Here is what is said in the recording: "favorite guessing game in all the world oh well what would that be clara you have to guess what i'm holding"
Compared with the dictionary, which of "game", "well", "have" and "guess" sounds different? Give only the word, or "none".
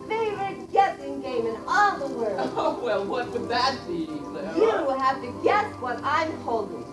have